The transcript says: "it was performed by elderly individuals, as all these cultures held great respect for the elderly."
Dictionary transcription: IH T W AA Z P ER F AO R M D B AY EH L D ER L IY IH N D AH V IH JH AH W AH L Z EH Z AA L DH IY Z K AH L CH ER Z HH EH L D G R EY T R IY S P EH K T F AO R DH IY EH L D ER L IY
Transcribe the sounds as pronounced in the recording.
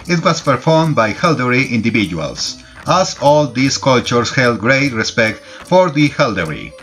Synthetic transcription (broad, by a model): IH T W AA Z P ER F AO R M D B AY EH L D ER IY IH N D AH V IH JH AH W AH L S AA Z AA L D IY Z K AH L CH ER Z HH EH L D G R EY T R IY S P EH K T F AO R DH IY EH L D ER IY